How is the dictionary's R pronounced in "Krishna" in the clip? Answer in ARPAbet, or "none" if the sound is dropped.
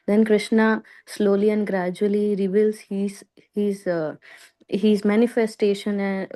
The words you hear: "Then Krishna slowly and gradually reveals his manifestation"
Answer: R